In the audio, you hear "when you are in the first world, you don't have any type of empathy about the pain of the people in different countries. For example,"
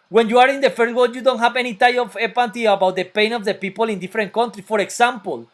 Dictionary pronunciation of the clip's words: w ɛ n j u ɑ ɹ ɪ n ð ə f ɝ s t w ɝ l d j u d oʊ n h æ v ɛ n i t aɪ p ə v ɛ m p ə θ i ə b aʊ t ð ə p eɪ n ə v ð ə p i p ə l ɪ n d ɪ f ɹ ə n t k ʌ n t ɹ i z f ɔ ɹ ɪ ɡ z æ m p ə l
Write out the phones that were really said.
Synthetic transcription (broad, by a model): w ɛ n j u ɑ ɹ ɪ n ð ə f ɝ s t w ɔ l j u d oʊ n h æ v ɛ n i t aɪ ə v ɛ p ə t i ə b aʊ t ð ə p eɪ n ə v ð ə p i p ə l ɪ n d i f ɹ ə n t k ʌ n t ɹ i f ɔ ɹ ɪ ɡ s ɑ m p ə l